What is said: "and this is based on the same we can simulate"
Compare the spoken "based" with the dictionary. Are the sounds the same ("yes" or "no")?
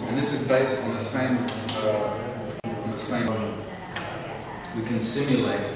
yes